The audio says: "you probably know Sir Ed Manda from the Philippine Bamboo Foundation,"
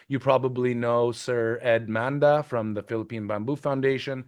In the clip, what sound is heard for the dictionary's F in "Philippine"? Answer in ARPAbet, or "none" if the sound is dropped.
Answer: F